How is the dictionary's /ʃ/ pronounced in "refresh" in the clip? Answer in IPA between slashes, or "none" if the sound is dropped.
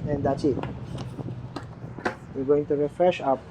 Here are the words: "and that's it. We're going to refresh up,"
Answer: /ʃ/